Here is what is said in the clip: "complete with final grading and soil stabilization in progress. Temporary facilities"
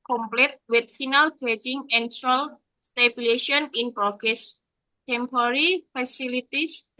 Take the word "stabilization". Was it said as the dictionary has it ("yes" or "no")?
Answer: no